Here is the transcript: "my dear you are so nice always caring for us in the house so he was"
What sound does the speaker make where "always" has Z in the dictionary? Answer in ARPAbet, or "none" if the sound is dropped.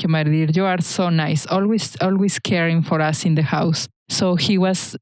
S